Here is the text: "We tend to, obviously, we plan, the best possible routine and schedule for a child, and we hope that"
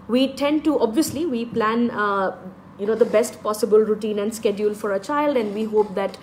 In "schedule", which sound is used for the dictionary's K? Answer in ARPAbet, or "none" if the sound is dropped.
K